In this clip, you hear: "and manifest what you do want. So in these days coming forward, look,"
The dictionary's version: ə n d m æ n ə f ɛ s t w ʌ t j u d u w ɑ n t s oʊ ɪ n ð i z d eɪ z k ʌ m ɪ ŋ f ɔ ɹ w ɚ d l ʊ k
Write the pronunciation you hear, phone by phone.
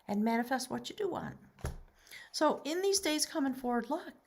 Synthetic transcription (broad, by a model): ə n m æ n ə f ɛ s t w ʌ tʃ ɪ d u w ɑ n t s oʊ ɪ n ð i z d eɪ z k ʌ m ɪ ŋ f ɔ ɹ w ɚ d l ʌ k